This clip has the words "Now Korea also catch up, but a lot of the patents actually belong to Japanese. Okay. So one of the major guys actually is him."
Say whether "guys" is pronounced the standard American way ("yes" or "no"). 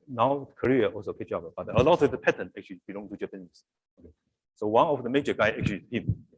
no